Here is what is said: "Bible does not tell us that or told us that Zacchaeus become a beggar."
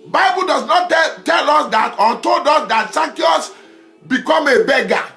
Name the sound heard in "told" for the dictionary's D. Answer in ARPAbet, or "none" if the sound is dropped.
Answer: D